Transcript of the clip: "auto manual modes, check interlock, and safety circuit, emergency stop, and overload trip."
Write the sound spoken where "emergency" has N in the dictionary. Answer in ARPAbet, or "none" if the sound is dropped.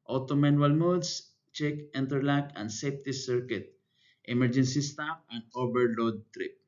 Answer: N